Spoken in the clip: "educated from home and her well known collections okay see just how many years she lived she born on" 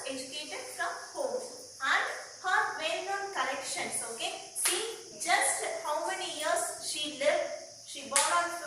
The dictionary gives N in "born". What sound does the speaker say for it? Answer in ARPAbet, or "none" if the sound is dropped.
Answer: none